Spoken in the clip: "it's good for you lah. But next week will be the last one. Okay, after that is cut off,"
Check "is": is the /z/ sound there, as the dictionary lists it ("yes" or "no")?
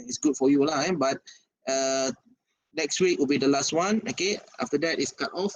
no